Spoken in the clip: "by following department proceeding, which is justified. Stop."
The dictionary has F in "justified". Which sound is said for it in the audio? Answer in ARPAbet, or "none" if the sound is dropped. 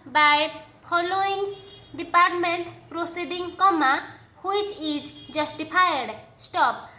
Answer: P